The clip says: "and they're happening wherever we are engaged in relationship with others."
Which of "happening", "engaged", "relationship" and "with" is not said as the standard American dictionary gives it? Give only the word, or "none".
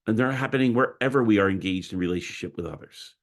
none